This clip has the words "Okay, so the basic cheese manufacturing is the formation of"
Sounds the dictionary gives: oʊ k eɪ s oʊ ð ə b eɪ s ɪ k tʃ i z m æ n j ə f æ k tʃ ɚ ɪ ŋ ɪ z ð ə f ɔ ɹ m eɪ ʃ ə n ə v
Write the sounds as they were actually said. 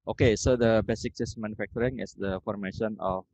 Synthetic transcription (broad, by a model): oʊ k eɪ s oʊ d ə b eɪ s ɪ k s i s m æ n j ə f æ k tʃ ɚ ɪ ŋ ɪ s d ə f ɔ ɹ m eɪ ʃ ə n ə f